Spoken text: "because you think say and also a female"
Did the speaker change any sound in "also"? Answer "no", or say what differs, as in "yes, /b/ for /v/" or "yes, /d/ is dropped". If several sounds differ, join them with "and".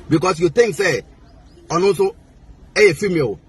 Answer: yes, /l/ is dropped